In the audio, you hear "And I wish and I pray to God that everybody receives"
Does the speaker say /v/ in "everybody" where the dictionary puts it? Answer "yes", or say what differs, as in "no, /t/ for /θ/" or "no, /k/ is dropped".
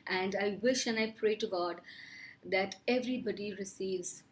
yes